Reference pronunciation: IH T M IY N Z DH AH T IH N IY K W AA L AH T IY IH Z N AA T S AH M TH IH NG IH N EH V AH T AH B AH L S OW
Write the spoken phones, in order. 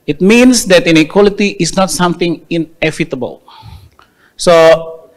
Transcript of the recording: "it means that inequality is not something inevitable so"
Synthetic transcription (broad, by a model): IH T M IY N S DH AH T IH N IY K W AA L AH T IY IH S N AA T S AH M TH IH NG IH N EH F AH T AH B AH L S OW